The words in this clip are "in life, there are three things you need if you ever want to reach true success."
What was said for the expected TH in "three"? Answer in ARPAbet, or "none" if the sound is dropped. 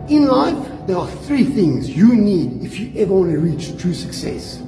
TH